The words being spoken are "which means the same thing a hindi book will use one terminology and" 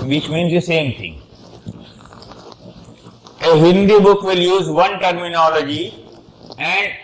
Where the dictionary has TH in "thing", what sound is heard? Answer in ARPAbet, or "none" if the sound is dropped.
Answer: T